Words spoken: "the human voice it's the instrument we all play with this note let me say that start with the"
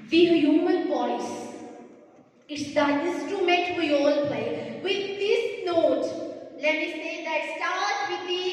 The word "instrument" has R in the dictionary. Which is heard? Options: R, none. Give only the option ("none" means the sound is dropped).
none